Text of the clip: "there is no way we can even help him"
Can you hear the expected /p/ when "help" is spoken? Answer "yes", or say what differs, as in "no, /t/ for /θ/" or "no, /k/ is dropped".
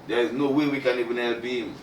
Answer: no, /b/ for /p/